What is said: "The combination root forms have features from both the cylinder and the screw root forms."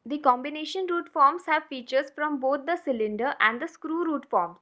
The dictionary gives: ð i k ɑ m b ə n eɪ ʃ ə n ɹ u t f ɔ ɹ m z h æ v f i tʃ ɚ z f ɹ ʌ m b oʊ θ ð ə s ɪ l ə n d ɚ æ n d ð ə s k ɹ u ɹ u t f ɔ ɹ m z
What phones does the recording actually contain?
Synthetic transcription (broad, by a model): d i k ɑ m b ə n eɪ ʃ ə n ɹ u t f ɔ ɹ m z h æ v f i tʃ ɚ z f ɹ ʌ m b oʊ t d ə s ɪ l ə n d ɚ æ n d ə s k ɹ u ɹ u t f ɔ ɹ m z